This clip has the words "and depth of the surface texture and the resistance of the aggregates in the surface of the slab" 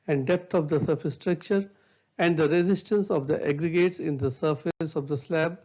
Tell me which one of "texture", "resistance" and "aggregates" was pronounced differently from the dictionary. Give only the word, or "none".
texture